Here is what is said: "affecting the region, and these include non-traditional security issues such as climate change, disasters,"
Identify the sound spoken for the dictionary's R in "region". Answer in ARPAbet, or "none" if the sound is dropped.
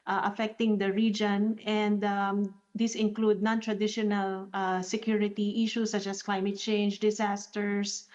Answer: R